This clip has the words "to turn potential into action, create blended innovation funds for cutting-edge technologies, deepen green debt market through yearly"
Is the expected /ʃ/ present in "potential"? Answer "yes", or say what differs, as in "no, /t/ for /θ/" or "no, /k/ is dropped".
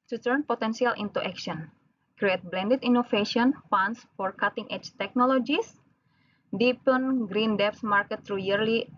no, /s/ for /ʃ/